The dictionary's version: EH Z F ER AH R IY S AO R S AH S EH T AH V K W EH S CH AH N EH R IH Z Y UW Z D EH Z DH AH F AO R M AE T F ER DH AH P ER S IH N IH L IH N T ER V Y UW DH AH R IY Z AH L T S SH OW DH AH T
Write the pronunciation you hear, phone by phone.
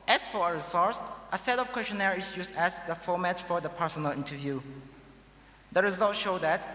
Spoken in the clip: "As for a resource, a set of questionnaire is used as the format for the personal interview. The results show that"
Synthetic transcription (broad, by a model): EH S F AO AH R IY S AO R S AH S EH T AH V K W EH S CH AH N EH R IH S Y UW S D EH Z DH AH F AO M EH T F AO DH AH P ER S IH N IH L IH N T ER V Y UW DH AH R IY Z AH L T SH OW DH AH T